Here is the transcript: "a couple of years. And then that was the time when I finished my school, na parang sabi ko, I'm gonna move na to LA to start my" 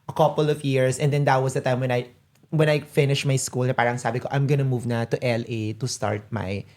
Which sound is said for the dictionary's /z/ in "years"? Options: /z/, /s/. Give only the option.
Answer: /s/